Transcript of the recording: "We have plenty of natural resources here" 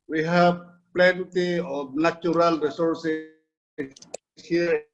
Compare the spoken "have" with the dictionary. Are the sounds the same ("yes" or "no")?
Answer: no